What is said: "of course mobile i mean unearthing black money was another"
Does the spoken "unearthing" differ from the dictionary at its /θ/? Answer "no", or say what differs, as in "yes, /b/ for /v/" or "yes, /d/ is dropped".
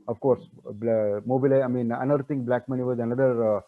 yes, /t/ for /θ/